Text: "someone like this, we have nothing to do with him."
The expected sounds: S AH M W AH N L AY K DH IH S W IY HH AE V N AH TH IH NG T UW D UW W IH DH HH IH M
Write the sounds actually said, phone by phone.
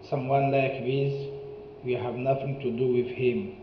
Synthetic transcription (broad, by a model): S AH M W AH N L AY K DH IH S W IY HH AE V N AH TH IH NG T UW D UW W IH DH HH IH M